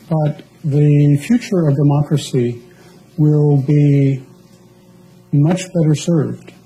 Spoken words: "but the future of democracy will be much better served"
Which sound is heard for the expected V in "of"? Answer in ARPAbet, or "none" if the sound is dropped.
V